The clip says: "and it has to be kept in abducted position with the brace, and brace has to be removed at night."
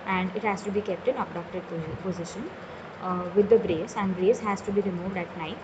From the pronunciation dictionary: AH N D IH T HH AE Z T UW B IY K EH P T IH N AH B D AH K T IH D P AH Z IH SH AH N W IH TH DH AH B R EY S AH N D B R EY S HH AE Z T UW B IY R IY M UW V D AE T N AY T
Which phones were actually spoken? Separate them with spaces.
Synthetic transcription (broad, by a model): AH N D IH T HH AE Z T UW B IY K EH P T IH N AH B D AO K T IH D P AH Z IH SH AH N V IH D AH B R EY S AH N D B R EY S HH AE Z T UW B IY R IY M UW V D AE T N AY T